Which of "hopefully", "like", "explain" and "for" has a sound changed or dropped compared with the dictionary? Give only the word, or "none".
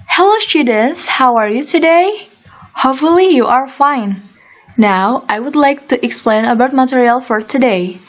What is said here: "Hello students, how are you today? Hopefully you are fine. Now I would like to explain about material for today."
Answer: hopefully